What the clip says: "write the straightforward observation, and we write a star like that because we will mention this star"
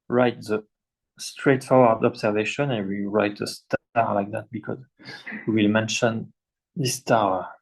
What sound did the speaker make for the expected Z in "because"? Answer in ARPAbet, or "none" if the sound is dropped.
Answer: Z